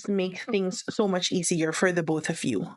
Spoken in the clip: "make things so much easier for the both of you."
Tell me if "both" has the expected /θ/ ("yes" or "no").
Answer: yes